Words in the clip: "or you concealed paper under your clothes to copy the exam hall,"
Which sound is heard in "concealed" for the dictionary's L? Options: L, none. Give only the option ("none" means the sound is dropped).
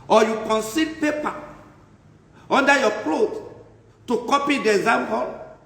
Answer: none